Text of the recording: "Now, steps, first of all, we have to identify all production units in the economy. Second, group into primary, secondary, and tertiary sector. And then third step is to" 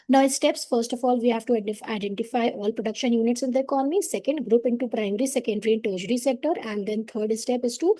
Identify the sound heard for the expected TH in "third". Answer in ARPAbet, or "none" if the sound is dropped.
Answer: T